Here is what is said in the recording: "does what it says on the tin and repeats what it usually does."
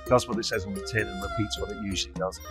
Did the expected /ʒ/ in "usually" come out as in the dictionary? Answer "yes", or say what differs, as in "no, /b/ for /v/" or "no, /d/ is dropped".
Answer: yes